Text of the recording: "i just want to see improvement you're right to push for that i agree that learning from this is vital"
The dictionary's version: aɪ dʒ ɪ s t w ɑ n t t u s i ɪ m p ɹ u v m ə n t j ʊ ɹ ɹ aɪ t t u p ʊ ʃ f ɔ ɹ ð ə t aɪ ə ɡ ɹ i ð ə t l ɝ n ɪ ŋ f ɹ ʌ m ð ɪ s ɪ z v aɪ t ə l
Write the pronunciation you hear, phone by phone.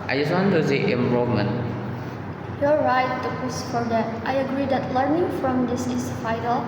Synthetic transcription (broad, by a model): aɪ dʒ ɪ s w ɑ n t t u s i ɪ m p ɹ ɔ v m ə n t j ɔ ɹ ɹ aɪ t t u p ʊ s f ɔ ɹ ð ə t aɪ ə ɡ ɹ i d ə t l ɝ n ɪ ŋ f ɹ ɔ m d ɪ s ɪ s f aɪ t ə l